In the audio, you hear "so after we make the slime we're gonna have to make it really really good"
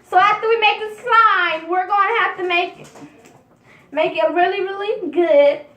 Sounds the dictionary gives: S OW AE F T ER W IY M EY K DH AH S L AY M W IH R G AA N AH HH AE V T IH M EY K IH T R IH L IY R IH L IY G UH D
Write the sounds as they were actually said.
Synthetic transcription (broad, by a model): S OW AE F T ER W IY M EY K DH AH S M AY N W IH R G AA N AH HH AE F T IH M EY K IH T R IH L IY R IH L IY G UH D